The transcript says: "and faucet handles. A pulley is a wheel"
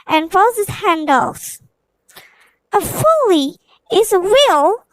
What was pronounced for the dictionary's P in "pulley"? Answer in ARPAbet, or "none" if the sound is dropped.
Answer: F